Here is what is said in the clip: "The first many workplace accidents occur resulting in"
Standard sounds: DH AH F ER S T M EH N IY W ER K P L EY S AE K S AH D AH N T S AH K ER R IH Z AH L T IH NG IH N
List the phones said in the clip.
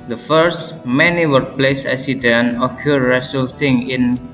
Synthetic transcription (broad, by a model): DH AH F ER S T M EH N IY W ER P L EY S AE S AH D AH N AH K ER R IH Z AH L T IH NG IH N